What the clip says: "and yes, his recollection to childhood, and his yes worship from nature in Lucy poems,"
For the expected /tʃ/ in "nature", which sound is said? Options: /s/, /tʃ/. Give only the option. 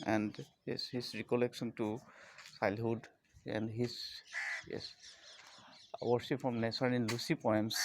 /s/